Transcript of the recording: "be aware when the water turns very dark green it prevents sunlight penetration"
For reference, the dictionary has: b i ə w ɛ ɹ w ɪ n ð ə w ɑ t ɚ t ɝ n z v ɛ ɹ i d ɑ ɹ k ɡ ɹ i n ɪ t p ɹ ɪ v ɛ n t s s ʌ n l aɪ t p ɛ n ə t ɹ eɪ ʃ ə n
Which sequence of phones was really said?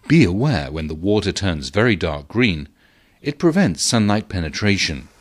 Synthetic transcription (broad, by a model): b i ə w ɛ ɹ w ɪ n ð ə w ɑ t ɚ t ɝ n z v ɛ ɹ i d ɑ ɹ k ɡ ɹ i n ɪ t p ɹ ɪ v ɛ n t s s ʌ n l aɪ t p ɛ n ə t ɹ eɪ ʃ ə n